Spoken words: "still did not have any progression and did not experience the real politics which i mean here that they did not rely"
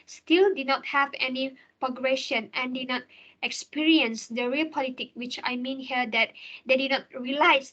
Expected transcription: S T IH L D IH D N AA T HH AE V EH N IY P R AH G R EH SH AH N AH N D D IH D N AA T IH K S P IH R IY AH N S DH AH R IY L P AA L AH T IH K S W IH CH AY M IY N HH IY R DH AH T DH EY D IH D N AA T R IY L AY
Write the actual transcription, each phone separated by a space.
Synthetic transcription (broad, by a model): S T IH L D IH D N AA T HH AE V EH N IY P R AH G R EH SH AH N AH N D D IH D N AA T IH K S P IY R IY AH N S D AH R IY L P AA L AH T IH K W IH CH AY M IY N HH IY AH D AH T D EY D IH D N AA T R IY L AY